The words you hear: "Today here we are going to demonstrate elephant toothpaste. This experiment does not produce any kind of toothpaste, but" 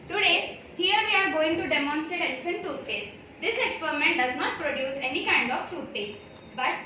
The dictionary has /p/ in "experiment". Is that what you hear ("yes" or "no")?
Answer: yes